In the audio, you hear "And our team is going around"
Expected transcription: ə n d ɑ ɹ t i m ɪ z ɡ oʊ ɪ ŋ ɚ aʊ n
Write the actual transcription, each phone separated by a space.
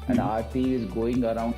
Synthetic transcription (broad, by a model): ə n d ɑ ɹ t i ɪ z ɡ oʊ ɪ ŋ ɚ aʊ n